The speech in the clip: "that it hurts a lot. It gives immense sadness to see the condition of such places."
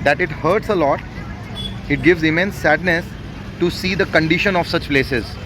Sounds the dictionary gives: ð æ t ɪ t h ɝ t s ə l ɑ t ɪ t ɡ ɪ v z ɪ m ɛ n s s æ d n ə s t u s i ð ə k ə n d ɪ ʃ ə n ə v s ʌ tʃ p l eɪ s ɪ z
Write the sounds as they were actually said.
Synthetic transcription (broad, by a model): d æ t ɪ t h ɝ t s ə l ɑ t ɪ t ɡ ɪ v z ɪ m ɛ n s s æ d n ə s t u s i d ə k ə n d ɪ ʃ ə n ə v s ʌ tʃ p l eɪ s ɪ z